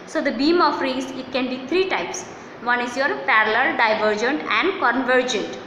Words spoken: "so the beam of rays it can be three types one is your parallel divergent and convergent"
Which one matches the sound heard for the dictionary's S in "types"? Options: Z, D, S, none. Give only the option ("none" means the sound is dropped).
S